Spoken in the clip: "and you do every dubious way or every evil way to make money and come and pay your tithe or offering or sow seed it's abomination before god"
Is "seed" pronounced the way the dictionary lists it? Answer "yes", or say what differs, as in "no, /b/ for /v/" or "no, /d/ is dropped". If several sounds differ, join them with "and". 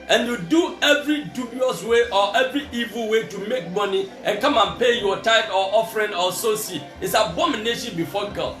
no, /d/ is dropped